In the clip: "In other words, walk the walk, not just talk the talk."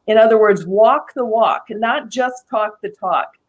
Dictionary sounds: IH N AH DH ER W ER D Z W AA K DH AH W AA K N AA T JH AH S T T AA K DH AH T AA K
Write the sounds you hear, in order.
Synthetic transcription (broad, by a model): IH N AH DH ER W ER D Z W AA K DH AH W AA K N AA T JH AH S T T AA K DH AH T AA K